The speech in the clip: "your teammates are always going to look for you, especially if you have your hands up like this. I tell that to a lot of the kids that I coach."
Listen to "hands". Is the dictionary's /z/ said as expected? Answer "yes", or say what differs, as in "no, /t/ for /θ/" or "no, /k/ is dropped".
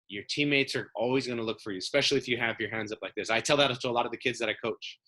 yes